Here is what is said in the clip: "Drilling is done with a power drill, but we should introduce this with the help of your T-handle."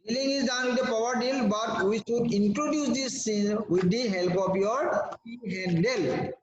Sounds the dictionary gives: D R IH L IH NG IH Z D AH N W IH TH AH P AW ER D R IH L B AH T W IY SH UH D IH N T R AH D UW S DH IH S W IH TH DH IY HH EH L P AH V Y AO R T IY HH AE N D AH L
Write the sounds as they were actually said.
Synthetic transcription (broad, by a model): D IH L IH NG IH Z D AH N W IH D AH P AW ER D IH L B AH T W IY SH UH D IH N T R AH D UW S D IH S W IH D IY HH EH L P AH P Y AO R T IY HH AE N D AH L